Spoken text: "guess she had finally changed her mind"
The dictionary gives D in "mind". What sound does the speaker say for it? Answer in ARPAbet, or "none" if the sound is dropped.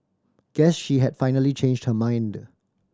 D